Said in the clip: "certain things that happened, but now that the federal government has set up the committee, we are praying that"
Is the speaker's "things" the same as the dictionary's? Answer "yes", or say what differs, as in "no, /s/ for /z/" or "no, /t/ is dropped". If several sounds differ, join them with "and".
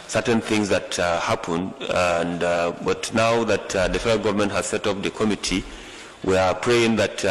yes